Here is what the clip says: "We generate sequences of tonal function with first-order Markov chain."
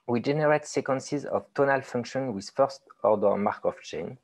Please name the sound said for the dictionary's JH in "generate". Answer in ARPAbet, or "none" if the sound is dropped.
JH